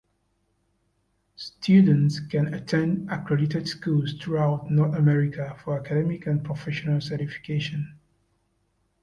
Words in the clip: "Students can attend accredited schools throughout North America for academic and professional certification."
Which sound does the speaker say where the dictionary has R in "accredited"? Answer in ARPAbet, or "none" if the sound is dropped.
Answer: R